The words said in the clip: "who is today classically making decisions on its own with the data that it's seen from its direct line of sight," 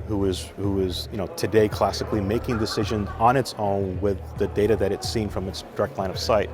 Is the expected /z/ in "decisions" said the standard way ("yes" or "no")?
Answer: yes